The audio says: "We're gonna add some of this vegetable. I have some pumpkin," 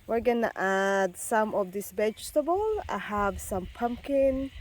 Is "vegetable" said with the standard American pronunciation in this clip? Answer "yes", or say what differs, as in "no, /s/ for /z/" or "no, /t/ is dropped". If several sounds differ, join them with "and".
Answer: no, /b/ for /v/